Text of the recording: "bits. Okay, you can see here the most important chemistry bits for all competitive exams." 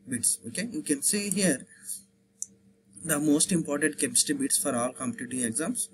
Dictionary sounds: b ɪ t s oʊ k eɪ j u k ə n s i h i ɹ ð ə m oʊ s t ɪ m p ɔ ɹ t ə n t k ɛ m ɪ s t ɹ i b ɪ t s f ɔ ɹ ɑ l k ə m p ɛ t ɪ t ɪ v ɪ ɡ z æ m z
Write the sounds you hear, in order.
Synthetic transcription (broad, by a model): b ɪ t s oʊ k eɪ j u k ə n s i h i ɹ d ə m oʊ s t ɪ m p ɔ ɹ t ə n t k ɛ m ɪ s t i b ɪ t s f ɔ ɹ ɑ l k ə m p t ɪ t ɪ ɪ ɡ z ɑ m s